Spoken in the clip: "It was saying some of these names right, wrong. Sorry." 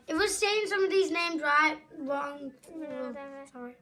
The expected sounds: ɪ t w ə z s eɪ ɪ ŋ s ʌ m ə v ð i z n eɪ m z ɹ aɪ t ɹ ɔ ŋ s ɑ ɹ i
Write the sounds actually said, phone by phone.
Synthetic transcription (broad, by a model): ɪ t w ə z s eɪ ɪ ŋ s ʌ m ə v ð i z n eɪ m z ɹ aɪ t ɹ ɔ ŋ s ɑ ɹ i